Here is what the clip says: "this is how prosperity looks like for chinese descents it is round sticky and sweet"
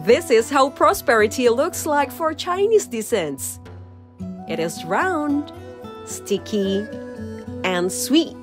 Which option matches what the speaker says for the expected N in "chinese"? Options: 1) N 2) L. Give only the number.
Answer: 1